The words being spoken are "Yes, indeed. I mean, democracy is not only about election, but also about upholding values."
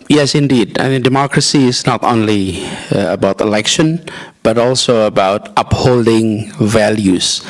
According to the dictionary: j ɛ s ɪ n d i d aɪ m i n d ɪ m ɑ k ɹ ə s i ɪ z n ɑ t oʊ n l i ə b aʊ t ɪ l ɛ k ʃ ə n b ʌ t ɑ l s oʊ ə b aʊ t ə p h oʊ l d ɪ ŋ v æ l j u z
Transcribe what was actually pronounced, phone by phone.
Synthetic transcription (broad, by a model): j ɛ s ɪ n d i d aɪ m i n d ɪ m ɑ k ɹ ə s i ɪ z n ɑ t oʊ n l i ə b aʊ t ɪ l ɛ k ʃ ə n b ʌ t ɑ l s oʊ ə b aʊ t ə p h oʊ l d ɪ ŋ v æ l j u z